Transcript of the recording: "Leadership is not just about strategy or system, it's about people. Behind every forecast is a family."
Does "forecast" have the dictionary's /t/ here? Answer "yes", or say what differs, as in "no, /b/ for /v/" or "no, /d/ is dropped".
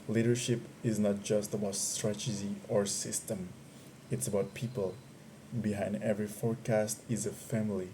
yes